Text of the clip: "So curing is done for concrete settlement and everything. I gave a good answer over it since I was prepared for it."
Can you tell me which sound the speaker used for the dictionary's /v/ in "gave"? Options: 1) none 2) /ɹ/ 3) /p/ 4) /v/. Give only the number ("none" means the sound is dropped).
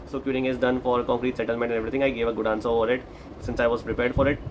4